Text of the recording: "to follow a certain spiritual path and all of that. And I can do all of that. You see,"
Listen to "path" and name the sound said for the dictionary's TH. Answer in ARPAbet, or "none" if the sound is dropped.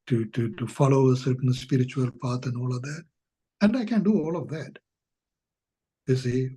T